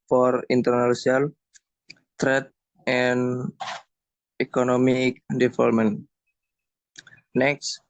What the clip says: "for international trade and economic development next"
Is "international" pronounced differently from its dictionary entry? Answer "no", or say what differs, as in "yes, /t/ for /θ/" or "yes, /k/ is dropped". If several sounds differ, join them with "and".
yes, /s/ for /ʃ/ and /n/ is dropped